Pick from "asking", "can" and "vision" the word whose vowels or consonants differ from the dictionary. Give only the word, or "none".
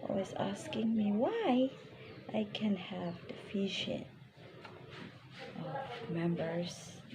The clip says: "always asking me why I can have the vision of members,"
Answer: vision